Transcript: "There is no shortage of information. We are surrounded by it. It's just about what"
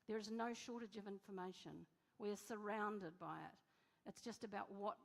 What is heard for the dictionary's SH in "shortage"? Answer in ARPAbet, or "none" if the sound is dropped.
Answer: SH